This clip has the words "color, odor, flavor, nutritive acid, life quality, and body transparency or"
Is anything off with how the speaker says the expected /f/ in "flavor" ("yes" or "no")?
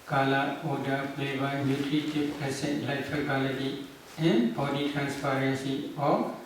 yes